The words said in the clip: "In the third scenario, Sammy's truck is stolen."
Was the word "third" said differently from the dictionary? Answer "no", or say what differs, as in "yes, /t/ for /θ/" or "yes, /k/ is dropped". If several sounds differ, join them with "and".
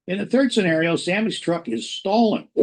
no